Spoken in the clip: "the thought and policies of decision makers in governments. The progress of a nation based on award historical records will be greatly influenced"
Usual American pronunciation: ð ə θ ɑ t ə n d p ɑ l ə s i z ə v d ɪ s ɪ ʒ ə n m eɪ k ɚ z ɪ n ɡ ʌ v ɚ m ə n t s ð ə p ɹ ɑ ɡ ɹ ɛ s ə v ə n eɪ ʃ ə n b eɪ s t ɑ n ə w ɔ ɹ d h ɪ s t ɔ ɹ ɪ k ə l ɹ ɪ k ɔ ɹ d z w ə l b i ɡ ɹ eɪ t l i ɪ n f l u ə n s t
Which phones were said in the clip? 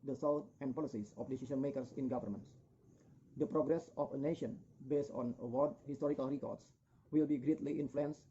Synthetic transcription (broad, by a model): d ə s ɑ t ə n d p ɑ l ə s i s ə f d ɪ s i s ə n m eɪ k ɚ s ɪ n ɡ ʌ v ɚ m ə n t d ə p ɹ ɑ ɡ ɹ ɛ s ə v ə n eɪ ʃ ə n b eɪ s t ɑ n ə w ɔ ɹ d h ɪ s t ɔ ɹ ɪ k ə l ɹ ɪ k ɔ ɹ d s w ə l b i ɡ ɹ eɪ t l i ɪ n f l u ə n s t